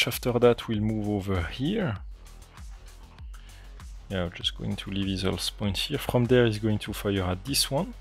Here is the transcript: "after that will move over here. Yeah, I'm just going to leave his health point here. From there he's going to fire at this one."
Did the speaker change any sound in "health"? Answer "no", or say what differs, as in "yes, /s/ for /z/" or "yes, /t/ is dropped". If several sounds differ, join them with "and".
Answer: yes, /s/ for /θ/